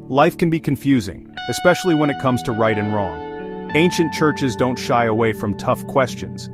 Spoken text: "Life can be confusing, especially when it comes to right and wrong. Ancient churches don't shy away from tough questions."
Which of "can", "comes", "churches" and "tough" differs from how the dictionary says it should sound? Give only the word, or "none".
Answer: none